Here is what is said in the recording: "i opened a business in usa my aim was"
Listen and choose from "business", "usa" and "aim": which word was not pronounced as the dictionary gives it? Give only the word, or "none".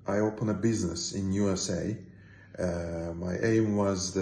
none